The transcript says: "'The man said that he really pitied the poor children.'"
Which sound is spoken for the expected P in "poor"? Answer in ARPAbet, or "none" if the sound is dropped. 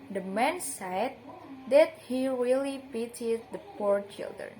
P